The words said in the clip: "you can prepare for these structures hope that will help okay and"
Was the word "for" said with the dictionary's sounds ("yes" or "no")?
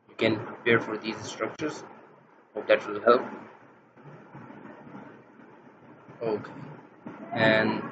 yes